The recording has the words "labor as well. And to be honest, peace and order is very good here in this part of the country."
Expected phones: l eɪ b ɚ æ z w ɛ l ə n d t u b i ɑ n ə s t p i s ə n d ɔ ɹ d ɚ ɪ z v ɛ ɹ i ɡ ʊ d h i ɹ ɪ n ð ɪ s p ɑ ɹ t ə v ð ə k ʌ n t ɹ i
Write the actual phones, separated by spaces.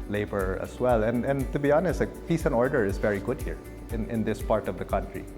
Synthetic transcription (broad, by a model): l eɪ b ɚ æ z w ɛ l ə n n t u b i ɑ n ə s t f i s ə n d ɔ ɹ d ɚ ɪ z v ɛ ɹ i ɡ ʊ d h i ɹ ɪ n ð ɪ s p ɑ ɹ t ə v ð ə k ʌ n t ɹ i